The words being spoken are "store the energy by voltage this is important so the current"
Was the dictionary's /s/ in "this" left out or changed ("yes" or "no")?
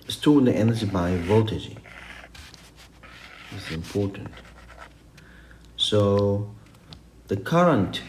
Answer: yes